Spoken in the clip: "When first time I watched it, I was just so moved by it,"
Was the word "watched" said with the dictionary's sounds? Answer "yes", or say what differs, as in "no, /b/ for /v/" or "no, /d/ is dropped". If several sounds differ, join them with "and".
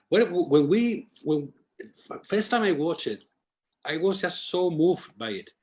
no, /t/ is dropped